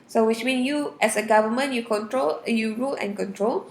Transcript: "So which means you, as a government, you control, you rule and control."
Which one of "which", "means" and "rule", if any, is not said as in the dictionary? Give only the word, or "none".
means